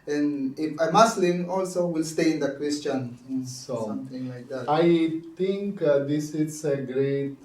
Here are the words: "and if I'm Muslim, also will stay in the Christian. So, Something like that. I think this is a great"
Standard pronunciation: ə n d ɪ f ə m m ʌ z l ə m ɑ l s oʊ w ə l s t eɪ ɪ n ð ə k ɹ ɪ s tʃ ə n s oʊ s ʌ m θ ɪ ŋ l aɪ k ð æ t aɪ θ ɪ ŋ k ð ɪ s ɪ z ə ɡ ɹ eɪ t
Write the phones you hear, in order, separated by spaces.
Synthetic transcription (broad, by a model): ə n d ɪ f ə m m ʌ s l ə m ɑ l s oʊ w ə l s t eɪ ɪ n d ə k w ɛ s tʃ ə n s oʊ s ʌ m t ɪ ŋ l aɪ k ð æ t aɪ t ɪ ŋ k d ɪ s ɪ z ə ɡ ɹ eɪ t